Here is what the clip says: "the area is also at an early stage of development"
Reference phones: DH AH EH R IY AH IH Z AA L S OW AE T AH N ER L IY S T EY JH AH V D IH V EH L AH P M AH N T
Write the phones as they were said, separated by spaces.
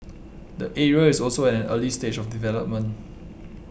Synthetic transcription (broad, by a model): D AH EH R IY AH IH S AA L S OW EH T AH N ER L IY S T EY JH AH F D IH V EH L AH P M AH N T